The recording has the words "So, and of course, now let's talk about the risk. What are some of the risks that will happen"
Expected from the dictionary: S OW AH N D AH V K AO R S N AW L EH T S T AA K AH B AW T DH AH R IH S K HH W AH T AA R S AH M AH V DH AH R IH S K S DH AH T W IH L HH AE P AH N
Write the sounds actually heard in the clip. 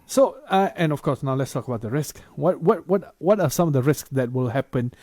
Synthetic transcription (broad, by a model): S OW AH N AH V K AO R S N AW L EH T S T AA K AH B AW T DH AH R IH S K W W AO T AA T S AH M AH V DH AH R IH S K S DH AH T W IH L HH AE P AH N